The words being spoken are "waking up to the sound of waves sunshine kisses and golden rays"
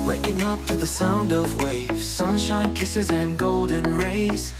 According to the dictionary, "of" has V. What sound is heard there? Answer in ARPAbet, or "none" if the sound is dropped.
V